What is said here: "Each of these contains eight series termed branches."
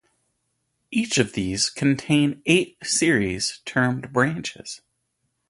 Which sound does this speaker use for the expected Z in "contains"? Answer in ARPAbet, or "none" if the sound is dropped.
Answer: none